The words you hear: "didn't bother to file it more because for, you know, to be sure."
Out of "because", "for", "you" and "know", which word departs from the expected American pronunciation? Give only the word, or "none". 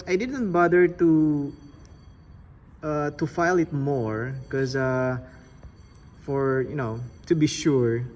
because